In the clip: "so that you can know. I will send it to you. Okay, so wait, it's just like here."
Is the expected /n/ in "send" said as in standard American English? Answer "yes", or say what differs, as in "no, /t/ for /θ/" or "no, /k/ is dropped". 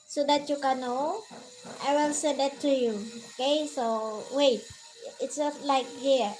no, /n/ is dropped